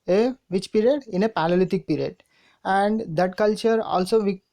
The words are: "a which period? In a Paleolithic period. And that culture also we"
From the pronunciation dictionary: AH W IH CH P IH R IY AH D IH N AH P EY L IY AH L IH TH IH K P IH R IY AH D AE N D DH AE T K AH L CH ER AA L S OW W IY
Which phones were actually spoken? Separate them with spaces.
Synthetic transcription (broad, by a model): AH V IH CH P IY R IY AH D IH N AH P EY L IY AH L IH T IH K P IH R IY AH D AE N D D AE T K AH L CH ER AA L S OW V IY